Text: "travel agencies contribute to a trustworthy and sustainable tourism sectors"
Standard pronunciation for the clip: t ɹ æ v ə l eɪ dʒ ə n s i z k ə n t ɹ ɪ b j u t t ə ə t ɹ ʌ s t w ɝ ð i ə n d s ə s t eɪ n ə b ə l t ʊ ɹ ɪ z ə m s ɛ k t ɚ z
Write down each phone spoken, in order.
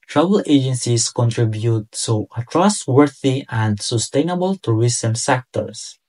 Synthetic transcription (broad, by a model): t ɹ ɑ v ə l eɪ dʒ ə n s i s k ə n t ɹ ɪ b j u t s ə ə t ɹ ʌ s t w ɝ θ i ə n d s ə s t eɪ n ə b ə l t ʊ ɹ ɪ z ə m s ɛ k t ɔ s